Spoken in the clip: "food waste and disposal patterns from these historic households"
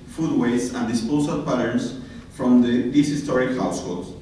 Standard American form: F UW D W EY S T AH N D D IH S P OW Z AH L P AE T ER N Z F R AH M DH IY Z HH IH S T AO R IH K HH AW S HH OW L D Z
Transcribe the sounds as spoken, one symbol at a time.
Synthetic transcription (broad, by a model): F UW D W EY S AH N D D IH S P OW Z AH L P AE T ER N S F R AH M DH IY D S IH S T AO R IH K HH AW S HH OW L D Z